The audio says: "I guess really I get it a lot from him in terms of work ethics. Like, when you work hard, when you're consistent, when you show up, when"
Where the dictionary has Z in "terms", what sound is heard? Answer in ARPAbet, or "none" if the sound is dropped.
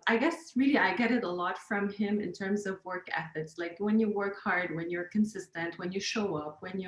Z